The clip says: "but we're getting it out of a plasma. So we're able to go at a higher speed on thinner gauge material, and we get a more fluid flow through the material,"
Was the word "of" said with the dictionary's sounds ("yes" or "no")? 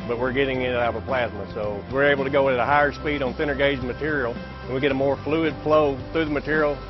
no